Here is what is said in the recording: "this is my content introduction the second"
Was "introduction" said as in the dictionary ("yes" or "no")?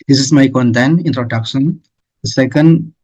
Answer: no